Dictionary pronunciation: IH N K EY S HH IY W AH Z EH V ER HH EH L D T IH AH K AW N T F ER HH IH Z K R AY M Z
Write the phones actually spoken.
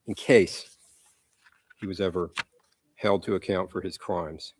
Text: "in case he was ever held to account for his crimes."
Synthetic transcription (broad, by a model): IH N K EY S HH IY W AH Z EH V ER HH EH L D T IH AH K AW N T F ER IH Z K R AY M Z